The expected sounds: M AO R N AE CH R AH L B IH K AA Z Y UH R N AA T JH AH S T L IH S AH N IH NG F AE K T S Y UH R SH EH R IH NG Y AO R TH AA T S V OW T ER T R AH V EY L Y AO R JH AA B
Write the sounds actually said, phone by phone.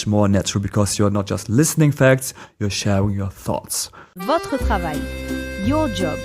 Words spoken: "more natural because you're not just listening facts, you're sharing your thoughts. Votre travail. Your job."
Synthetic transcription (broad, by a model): M AO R N AE CH R AH L B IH K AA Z Y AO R N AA T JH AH S T L IH S AH N IH NG F AE K T S Y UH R SH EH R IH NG Y AO R TH AA T S V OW T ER T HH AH V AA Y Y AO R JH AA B